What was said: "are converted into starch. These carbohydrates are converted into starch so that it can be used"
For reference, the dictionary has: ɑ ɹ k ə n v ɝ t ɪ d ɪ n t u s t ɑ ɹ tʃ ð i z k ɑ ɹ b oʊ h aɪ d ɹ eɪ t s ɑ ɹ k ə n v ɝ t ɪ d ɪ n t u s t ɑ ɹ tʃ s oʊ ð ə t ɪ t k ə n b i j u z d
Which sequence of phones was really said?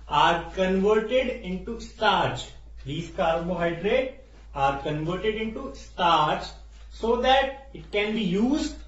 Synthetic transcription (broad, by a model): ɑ ɹ k ə n v ɝ t ɪ d ɪ n t u s t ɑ ɹ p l i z k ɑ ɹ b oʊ h aɪ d ɹ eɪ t ɑ ɹ k ə n v ɝ t ɪ d ɪ n t u s t ɑ ɹ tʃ s oʊ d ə t ɪ t k ə n b i j u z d